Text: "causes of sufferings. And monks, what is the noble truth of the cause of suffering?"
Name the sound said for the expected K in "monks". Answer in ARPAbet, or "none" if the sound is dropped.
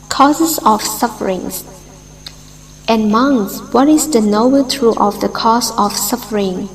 none